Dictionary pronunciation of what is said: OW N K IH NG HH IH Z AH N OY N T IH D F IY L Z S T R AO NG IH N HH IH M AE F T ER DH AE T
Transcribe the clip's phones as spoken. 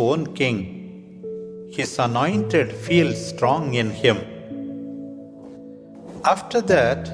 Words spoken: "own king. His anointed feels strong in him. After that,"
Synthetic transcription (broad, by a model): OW N K IH NG HH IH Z AH N OY N T IH D F IY L S T R AO NG IH N HH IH M AE F T ER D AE T